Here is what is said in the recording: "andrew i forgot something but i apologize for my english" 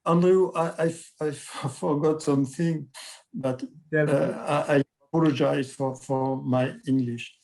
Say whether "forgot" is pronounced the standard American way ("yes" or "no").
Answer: yes